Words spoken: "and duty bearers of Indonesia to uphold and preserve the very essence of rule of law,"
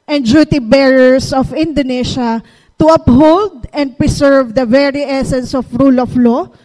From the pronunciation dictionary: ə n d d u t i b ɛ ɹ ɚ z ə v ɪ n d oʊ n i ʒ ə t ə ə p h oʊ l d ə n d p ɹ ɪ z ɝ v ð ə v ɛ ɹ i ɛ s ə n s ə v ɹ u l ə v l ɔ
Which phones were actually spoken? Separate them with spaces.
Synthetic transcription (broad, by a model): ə n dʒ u t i b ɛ ɹ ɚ s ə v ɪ n d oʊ n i ʃ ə t ə ə p h oʊ l d ə n d p ɹ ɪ s ɝ v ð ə v ɛ ɹ i ɛ s ə n s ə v ɹ u l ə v l ɔ